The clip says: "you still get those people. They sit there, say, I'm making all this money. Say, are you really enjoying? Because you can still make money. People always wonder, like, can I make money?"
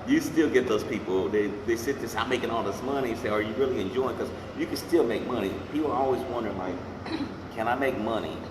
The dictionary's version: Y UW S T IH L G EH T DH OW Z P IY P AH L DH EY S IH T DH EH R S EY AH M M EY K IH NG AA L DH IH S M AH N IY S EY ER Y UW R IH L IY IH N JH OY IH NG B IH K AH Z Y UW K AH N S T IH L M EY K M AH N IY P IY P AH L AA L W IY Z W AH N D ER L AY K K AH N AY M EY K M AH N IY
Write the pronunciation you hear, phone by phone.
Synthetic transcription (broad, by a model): Y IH S T IH L G EH T DH OW Z P IY P L DH EY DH IH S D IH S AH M M EY K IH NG AA L DH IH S M AH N IY S EY ER Y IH R IH L IY IH N JH OY IH NG K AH Z Y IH K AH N S T IH L M EY K M AH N IY P IY P L AA L W IY Z W AH N D ER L AY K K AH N AY M EY K M AH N IY